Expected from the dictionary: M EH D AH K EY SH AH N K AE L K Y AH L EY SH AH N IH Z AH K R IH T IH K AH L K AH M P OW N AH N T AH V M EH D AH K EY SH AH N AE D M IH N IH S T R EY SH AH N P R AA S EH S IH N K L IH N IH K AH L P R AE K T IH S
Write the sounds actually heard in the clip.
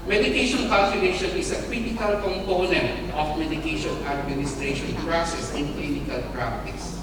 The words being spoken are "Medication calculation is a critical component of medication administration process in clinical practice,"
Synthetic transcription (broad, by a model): M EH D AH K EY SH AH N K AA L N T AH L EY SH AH N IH S AH K R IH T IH K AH L K AH M P OW N AH N T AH F M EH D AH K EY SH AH N AE D M IH N IH S T R EY SH AH N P R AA S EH S IH N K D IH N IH K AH L P R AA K T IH S